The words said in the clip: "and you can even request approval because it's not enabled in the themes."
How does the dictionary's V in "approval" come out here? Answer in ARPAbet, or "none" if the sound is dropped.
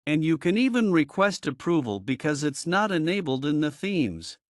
V